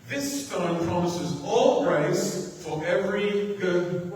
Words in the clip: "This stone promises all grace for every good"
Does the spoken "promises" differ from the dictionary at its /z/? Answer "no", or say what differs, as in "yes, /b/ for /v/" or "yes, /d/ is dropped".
no